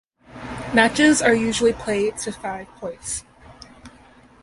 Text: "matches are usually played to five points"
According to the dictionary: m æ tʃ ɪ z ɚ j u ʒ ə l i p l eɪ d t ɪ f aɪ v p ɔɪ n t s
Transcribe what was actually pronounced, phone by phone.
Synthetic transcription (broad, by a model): m æ tʃ ɪ z ɚ j u ʒ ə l i p l eɪ d t ɪ f aɪ v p ɔɪ t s